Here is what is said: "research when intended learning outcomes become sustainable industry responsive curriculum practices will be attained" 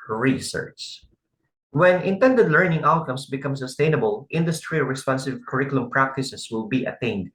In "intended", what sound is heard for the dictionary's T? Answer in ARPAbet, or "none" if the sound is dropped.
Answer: T